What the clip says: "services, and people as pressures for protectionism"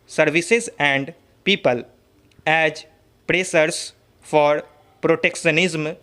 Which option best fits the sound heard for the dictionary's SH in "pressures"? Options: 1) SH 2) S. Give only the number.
2